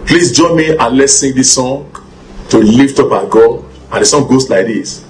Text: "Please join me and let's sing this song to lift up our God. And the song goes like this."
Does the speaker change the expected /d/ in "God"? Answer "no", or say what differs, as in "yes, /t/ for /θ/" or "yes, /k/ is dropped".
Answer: yes, /d/ is dropped